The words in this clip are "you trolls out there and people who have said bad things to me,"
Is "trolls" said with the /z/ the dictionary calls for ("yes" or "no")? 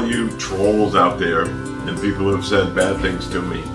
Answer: yes